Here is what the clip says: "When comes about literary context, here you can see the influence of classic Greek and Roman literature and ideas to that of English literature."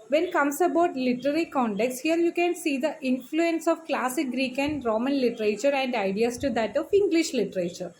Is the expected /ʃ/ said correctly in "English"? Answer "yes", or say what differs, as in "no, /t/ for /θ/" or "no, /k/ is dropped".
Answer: yes